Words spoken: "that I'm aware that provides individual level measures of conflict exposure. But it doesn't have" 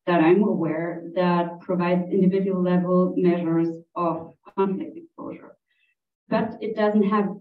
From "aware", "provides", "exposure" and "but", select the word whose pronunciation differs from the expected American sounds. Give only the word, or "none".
none